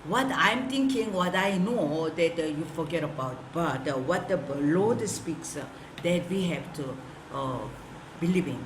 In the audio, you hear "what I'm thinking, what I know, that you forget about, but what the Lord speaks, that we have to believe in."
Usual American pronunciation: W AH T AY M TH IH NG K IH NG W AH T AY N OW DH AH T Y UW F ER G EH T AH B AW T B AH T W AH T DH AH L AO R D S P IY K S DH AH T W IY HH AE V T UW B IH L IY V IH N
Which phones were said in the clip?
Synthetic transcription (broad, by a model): W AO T AY M T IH NG K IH NG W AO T AY N OW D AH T Y UW F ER G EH T AH B AW T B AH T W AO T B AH L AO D S P IY K S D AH T W IY HH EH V T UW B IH L IY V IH N